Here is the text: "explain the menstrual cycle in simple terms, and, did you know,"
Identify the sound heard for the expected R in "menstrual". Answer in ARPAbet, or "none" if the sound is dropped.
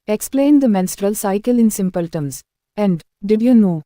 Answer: R